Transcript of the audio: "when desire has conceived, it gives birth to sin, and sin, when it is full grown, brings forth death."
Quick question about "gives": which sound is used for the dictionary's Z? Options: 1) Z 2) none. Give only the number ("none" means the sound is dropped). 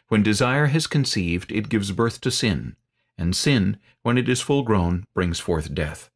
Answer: 1